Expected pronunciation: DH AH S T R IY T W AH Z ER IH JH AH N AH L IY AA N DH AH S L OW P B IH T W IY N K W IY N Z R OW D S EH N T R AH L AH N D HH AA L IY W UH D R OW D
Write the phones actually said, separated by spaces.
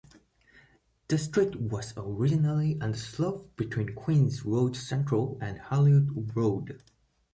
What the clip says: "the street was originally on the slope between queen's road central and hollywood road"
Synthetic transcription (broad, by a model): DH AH S T R IY T W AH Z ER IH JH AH N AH L IY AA N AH S L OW F B IH T W IY N K W IY N Z R OW D S EH N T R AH L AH N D HH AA L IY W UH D R OW D